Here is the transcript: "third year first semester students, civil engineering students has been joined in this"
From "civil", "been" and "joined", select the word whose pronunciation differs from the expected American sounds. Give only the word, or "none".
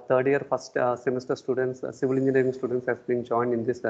none